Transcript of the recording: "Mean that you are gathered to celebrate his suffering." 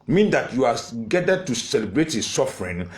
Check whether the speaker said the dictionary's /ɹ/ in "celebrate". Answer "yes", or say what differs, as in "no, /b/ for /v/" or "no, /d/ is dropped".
yes